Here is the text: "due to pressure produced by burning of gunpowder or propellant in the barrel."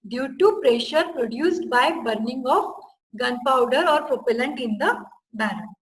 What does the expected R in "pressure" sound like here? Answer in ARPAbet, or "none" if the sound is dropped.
R